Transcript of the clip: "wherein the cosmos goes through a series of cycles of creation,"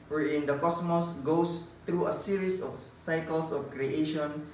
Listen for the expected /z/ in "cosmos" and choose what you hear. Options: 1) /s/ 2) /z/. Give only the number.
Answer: 1